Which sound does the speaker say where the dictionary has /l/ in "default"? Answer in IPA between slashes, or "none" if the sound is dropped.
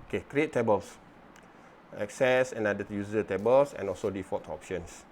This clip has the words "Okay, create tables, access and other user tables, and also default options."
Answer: none